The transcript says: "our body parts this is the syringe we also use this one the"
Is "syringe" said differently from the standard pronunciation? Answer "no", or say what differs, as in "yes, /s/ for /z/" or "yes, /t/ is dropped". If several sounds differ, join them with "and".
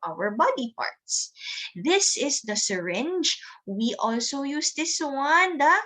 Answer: no